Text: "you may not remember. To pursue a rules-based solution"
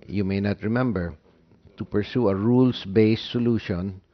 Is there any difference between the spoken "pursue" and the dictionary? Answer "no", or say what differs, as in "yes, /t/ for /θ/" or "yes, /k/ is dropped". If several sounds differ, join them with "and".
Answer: no